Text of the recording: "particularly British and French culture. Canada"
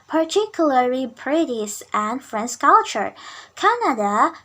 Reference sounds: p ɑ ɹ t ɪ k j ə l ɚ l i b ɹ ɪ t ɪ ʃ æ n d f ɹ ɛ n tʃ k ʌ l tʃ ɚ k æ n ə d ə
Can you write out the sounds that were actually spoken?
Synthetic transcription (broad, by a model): p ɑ ɹ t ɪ k j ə l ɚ l i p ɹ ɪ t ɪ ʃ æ n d f ɹ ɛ n s k ʌ l tʃ ɚ k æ n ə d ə